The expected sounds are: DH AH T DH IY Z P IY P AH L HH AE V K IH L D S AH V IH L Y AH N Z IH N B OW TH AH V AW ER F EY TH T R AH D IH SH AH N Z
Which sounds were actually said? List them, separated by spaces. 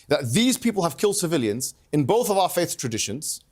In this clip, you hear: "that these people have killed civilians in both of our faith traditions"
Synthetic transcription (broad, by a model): DH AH T DH IY Z P IY P AH L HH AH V K IH L D S AH V IH L Y AH N Z IH N B OW TH AH V AW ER F EY TH T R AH D IH SH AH N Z